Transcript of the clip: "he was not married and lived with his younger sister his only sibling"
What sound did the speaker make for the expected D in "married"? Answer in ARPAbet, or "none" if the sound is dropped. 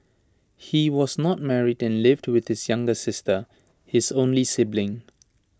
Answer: D